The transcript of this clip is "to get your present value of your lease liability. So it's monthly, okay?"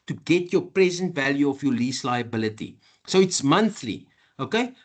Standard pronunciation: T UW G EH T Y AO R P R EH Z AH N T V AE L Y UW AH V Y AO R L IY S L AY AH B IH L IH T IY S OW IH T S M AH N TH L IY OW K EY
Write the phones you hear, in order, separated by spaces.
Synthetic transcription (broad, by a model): T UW G EH T Y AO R P R EH Z AH N T V AE L Y UW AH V Y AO L IY S L AY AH B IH L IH T IY S OW IH T S M AH N TH L IY OW K EY